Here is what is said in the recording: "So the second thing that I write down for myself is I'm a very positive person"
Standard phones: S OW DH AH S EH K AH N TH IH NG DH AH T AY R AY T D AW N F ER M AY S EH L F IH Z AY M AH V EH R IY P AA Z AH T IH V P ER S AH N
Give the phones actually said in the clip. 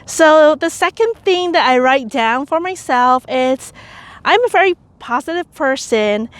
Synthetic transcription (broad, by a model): S OW DH AH S EH K AH N TH IH NG DH AH T AY R AY T D AW N F ER M AY S EH L F IH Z AY M AH V EH R IY P AA Z AH T IH V P ER S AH N